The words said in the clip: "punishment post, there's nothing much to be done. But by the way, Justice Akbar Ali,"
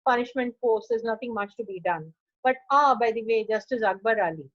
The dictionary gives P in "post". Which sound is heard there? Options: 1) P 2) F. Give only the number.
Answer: 2